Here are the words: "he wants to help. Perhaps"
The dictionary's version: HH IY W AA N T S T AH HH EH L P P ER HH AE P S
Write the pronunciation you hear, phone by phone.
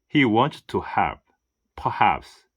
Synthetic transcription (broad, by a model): HH IY W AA N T T AH HH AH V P P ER HH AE P S